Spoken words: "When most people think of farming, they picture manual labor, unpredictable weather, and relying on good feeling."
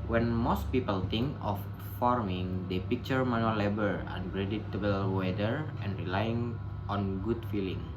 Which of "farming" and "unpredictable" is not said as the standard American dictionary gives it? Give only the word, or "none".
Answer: unpredictable